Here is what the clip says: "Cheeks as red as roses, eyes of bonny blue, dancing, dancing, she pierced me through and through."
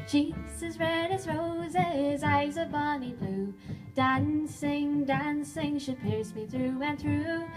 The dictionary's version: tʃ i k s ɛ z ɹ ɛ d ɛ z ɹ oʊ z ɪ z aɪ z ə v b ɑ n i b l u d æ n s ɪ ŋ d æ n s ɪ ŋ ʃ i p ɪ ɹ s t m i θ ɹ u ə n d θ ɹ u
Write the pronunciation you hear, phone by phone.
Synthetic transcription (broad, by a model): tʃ i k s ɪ z ɹ ɛ d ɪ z ɹ oʊ z ɪ z aɪ z ə v b ɑ n i b l u d æ n s ɪ ŋ d æ n s ɪ ŋ ʃ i p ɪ ɹ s m i θ ɹ u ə n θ ɹ u